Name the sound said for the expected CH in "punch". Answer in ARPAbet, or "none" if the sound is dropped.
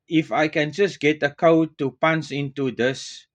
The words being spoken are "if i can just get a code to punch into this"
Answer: S